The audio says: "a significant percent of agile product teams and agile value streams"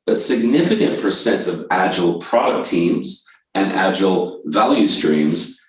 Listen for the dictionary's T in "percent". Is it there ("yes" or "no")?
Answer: yes